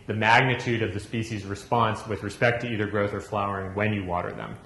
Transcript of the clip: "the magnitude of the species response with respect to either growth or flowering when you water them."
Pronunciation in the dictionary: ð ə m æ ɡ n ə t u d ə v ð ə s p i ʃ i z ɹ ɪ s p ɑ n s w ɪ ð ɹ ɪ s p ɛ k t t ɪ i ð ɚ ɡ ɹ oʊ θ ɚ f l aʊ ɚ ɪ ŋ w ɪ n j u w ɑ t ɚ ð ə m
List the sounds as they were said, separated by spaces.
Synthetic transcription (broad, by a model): ð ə m æ ɡ n ə t u d ə v ð ə s p i ʃ i z ɹ ɪ s p ɑ n s w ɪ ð ɹ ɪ s p ɛ k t t ɪ i ð ɚ ɡ ɹ oʊ θ ɚ f l aʊ ɚ ɪ ŋ w ɪ n j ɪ w ɑ t ɚ ð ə m